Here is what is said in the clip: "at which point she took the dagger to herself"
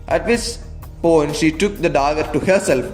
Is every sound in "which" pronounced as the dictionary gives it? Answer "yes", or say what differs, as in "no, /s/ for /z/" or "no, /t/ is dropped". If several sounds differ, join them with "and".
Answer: no, /s/ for /tʃ/